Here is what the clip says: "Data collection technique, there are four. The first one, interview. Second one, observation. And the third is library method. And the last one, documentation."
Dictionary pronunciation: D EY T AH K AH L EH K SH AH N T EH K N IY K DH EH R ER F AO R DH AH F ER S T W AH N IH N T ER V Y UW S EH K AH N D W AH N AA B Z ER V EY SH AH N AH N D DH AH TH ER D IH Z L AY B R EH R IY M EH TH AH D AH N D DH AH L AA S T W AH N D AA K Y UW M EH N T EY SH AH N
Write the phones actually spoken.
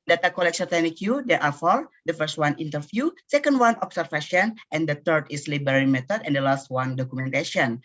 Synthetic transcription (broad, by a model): D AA T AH K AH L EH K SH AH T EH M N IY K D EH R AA F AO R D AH F ER S T W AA N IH N T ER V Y UW S EH K AH N D W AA N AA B S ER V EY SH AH N AH N D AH T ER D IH S L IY B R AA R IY M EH T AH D AH N D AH L AA S T W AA N D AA K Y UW M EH N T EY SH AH N